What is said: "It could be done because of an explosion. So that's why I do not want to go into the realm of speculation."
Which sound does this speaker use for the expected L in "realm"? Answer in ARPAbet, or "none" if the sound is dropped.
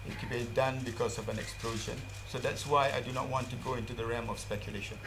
none